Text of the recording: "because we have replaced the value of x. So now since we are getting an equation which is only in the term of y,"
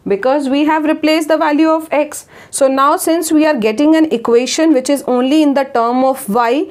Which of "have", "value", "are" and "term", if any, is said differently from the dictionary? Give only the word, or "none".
none